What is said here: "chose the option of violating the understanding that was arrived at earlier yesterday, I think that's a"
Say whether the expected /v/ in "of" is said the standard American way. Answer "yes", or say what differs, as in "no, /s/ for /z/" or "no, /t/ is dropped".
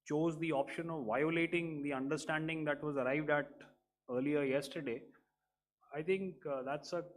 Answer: yes